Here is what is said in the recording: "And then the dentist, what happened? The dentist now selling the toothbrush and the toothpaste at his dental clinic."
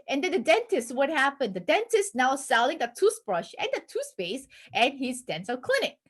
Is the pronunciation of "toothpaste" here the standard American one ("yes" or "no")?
no